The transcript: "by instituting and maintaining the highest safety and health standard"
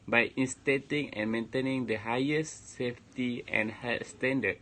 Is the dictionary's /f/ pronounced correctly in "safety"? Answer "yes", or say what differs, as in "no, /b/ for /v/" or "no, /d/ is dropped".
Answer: yes